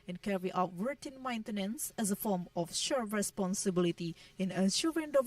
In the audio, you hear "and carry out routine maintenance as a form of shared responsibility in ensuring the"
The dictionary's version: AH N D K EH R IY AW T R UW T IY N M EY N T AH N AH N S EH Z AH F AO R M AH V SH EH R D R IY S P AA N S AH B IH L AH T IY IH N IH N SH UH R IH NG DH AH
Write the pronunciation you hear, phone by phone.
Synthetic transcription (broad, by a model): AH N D K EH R IY AW T W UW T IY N M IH N T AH N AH N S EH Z AH F AO R M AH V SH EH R R IY S P AA N S AH B IH L AH T IY IH N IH SH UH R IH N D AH